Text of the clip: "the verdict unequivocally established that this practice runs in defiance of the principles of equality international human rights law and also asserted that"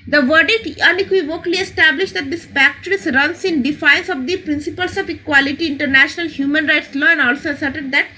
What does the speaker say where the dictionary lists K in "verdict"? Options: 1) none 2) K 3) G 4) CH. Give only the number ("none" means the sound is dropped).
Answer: 1